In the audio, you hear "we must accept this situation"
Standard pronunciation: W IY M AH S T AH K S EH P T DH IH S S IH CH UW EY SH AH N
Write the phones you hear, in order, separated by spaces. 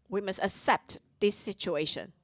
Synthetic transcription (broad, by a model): W IY M AH S T AH K S EH P T DH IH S S IH CH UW EY SH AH N